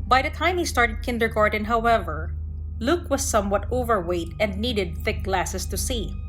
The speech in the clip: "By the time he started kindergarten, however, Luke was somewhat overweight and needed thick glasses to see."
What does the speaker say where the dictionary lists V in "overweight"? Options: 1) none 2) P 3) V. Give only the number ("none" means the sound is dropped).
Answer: 3